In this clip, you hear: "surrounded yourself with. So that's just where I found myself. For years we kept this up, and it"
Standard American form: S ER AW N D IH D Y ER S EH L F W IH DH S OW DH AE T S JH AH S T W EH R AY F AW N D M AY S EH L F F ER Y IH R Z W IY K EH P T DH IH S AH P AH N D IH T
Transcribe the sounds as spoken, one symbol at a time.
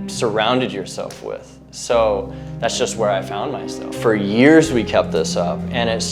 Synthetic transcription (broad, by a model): S ER AW N D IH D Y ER S EH L F W IH DH S OW DH AE T S JH AH S T W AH R AY F AW N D M AY S EH L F F ER Y IH R Z W IY K EH P T DH IH S AH P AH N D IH T